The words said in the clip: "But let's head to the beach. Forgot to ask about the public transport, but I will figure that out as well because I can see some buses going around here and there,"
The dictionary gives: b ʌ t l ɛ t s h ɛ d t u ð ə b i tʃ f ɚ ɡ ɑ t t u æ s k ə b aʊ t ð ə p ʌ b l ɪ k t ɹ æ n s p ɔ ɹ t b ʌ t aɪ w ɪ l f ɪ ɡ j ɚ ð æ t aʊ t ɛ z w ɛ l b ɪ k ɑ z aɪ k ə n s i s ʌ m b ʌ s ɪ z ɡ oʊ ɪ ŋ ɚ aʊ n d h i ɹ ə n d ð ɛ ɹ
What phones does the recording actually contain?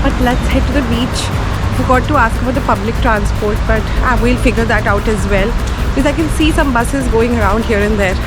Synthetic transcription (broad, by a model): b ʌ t l ɛ t s h ɛ d t u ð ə b i tʃ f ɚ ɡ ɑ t t u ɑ s k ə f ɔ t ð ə p ʌ b l ɪ k t ɹ æ n s p ɔ ɹ t b ʌ t aɪ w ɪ l f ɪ ɡ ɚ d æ t aʊ t ɛ z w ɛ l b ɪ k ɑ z aɪ k ə n s i s ʌ m b ʌ s ɪ z ɡ oʊ ɪ ŋ ɚ aʊ n d h i ɹ ə n d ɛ ɹ